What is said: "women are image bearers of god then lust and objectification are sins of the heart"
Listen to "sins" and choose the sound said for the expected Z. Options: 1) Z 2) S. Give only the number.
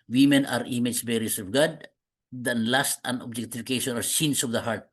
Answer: 2